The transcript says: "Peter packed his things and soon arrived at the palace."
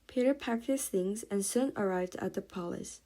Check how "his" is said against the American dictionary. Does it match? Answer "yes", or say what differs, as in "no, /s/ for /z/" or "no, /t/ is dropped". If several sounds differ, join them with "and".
no, /s/ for /z/